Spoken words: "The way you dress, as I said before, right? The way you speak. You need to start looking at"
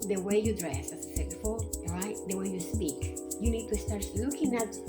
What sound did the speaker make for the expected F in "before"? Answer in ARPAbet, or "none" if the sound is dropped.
none